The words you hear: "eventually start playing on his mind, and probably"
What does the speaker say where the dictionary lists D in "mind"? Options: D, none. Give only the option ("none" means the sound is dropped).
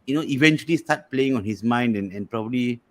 D